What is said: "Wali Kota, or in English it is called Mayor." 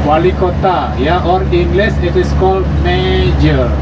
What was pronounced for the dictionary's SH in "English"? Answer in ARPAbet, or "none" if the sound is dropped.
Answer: S